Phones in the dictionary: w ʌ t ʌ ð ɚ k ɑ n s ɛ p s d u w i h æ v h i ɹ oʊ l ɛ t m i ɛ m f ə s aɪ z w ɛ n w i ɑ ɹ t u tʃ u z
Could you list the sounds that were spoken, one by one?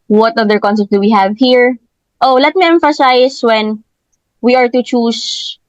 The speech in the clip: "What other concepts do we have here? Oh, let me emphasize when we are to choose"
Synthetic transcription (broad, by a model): w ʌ t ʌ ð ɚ k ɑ n s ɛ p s d u w i h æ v h i ɹ oʊ l ɛ t m i ɛ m f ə s aɪ s w ɛ n w i ɑ ɹ t u tʃ u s